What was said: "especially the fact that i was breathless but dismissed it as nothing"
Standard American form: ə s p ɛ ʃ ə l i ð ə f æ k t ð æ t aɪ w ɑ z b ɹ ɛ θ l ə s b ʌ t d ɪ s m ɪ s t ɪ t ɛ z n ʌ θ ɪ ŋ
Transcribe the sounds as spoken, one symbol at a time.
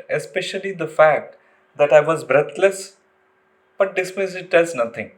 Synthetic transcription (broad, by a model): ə s p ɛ ʃ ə l i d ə f æ k t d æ t aɪ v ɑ z b ɹ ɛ t l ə s b ʌ t d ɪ s m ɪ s ɪ t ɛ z n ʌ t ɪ ŋ